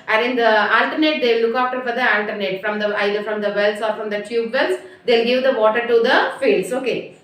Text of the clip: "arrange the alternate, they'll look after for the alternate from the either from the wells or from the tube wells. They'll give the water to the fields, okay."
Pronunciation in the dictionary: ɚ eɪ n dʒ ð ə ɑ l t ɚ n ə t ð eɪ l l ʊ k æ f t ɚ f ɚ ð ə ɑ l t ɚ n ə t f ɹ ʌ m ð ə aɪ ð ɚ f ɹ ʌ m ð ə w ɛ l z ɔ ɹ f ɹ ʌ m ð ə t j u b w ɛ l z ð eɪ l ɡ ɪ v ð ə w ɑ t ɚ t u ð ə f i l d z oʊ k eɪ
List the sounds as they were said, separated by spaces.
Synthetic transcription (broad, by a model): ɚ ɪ n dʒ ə ɑ l t ɚ n ə t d eɪ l l ʊ k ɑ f t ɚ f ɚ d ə ɑ l t ɚ n ə t f ɹ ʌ m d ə aɪ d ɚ f ɹ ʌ m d ə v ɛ l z ɔ ɹ f ɹ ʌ m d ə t j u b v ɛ l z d eɪ l ɡ ɪ v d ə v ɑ t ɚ t u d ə f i l d s oʊ k eɪ